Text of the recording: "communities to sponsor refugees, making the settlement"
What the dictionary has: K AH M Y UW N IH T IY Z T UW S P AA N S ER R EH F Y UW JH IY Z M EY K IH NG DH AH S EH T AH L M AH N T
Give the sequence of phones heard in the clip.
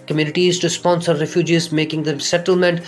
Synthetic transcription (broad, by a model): K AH M Y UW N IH T IY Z T UW S P AA N S ER R EH F Y UW JH IY Z M EY K IH NG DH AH S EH T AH L M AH N T